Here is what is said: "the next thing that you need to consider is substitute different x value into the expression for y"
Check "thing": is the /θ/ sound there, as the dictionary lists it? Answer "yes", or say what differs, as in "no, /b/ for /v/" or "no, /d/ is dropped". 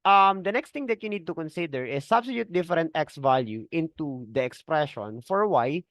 no, /t/ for /θ/